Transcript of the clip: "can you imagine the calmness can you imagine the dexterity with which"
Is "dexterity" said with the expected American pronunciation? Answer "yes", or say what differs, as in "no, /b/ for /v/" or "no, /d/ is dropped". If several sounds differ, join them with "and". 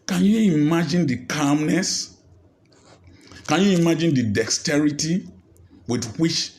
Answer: yes